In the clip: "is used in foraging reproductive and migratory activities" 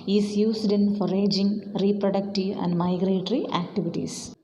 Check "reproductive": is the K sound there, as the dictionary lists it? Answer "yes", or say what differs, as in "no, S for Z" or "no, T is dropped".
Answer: yes